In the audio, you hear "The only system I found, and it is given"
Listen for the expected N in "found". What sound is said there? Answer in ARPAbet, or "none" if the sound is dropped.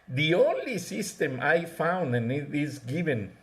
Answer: N